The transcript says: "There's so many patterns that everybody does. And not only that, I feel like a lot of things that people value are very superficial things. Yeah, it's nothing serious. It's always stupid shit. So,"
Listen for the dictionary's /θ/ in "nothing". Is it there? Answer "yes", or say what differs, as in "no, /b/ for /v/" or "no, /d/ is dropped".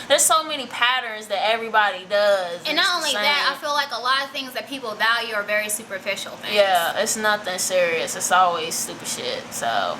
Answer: yes